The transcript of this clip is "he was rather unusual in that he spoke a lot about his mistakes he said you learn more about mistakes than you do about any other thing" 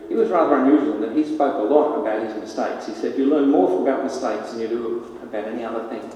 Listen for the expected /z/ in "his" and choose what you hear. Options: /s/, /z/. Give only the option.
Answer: /z/